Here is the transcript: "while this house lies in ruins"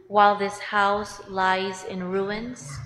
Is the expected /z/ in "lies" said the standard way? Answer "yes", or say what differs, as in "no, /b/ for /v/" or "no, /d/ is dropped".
yes